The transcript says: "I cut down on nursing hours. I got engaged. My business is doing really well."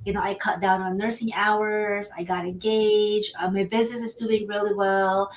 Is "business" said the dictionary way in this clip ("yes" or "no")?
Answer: yes